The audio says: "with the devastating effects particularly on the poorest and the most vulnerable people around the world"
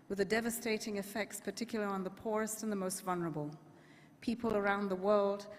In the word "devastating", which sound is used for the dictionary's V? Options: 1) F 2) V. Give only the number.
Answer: 2